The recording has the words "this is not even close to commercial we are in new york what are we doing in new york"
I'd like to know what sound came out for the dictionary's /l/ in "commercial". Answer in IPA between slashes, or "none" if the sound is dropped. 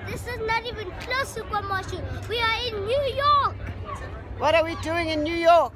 /n/